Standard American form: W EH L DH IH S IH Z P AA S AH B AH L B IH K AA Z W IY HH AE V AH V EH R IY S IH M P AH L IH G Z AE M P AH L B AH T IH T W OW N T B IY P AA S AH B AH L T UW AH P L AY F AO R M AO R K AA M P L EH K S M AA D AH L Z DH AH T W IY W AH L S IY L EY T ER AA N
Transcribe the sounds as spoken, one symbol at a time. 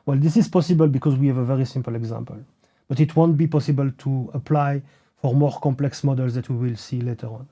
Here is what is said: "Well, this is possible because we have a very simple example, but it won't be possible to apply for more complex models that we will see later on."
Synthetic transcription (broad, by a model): W EH L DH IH S IH Z P AA S AH B AH L B IH K AA Z W IY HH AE V AH V EH R IY S IH M P AH L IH G Z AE M P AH L B AH T IH T W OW N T B IY P AA S AH B AH L T UW AH P L AY F AO R M AO R K AA M P L EH K S M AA D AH L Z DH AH T W IY W AH L S IY L EY T ER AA N